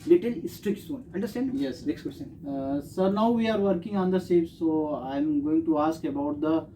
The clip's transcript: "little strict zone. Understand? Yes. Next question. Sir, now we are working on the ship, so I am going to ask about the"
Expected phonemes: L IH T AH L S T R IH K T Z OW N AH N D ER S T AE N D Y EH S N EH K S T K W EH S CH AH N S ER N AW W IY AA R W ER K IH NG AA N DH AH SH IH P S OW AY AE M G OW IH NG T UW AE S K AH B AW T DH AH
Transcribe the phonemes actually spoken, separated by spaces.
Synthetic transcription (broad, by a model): L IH T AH L S T R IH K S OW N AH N D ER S T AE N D Y EH S N EH K S T K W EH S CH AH N S ER N AW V IY AA R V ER K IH NG AA N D AH S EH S S OW AY M G OW IH NG T UW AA S K AH B AW T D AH